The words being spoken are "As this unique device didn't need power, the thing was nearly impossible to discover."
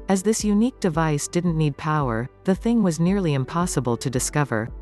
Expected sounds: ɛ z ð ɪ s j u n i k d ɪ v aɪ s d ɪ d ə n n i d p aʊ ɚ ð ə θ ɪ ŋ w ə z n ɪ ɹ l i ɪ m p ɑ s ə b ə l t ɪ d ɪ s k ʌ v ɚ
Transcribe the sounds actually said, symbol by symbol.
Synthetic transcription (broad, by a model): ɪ z ð ɪ s j u n i k d ɪ v aɪ s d ɪ d n n i d p aʊ ɚ ð ə θ ɪ ŋ w ə z n ɪ ɹ l i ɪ m p ɑ s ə b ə l t ɪ d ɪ s k ʌ v ɚ